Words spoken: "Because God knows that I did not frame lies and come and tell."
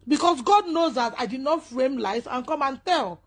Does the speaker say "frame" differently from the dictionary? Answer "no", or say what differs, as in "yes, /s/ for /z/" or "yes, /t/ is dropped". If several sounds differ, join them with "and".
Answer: no